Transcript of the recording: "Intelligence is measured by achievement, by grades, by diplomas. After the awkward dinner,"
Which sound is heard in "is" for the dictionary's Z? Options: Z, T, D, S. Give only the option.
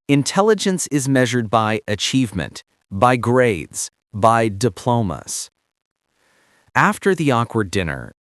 Z